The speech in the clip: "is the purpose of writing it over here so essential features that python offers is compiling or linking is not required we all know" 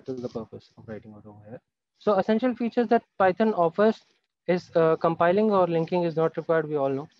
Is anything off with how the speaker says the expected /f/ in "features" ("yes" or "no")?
no